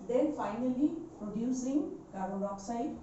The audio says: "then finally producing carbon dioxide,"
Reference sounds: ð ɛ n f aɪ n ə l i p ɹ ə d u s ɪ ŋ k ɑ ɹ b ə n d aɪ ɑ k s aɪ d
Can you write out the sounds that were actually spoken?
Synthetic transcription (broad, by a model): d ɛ n f aɪ n ə l i p ɹ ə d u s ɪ ŋ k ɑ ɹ ə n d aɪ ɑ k s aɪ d